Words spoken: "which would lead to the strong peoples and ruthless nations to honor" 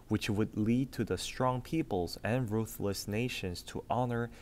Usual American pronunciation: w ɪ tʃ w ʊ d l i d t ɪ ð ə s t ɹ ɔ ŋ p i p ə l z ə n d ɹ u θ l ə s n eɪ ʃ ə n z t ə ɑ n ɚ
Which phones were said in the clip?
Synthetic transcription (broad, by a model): w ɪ tʃ w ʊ d l i d t ɪ ð ə s t ɹ ɔ ŋ p i p ə l z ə n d ɹ u θ l ə s n eɪ ʃ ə n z t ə ɑ n ɚ